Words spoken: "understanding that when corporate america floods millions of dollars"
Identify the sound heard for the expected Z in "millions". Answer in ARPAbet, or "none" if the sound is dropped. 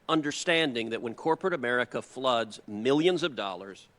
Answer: Z